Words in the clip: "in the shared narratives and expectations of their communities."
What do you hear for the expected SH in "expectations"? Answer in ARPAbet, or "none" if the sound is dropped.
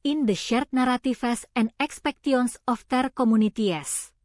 none